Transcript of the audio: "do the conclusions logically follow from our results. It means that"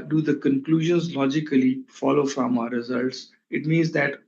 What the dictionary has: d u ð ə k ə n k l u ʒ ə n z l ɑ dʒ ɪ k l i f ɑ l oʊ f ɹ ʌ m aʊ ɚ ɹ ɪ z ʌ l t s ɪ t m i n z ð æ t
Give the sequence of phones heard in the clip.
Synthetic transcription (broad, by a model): d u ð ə k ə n k l u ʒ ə n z l ɑ dʒ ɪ k l i f ɑ l oʊ f ɹ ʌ m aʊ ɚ ɹ ɪ z ʌ l t s ɪ t m i n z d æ t